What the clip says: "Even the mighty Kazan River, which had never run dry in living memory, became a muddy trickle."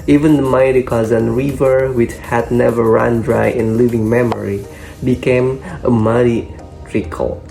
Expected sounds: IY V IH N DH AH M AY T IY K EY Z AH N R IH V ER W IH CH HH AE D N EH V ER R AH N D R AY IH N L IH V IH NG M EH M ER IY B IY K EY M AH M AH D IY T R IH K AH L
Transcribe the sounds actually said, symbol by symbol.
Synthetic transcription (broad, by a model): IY V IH N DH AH M AY T IY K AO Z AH N R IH V ER W IH CH HH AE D N EH V ER R AH N D R AY IH N L IH V IH NG M EH M ER IY B IY K EY M AH M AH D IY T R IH K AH L